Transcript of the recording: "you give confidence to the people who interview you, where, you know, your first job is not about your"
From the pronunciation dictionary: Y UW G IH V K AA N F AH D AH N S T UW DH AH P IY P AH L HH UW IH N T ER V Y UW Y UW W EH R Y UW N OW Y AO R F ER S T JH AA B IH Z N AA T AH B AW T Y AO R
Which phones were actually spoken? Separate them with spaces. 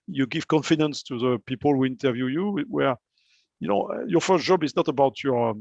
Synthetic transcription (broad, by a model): Y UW G IH V K AA N F AH D AH N S T UW DH AH P IY P AH L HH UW IH N T ER V Y UW Y UW W EH R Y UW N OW Y AO R F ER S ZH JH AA B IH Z N AA T AH B AW T Y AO R